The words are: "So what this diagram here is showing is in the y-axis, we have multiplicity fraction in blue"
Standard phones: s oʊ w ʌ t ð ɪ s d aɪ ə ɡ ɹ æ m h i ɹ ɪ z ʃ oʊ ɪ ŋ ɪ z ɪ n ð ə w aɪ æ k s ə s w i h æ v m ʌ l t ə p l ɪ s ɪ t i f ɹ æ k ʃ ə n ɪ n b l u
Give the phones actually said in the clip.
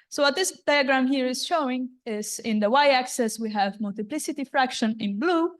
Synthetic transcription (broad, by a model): s oʊ w ʌ t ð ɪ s d aɪ ə ɡ ɹ æ m h i ɹ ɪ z ʃ oʊ ɪ ŋ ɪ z ɪ n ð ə w aɪ æ k s ə s w i h æ v m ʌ l t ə p l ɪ s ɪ t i f ɹ æ k ʃ ə n ɪ n b l u